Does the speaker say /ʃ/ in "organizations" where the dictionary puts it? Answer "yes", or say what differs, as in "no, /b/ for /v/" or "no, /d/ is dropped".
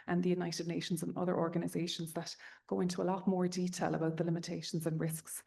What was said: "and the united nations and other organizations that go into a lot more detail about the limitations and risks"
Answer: yes